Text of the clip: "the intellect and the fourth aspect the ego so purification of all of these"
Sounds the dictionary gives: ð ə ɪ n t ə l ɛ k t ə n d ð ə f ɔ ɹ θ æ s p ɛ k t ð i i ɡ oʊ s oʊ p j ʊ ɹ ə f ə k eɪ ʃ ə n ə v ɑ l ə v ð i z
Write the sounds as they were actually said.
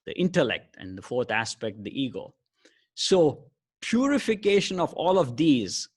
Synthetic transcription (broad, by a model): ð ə ɪ n t ə l ɛ k t ə n d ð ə f ɔ ɹ t æ s p ɛ k t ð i i ɡ oʊ s oʊ p j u ɹ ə f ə k eɪ ʃ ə n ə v ɑ l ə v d i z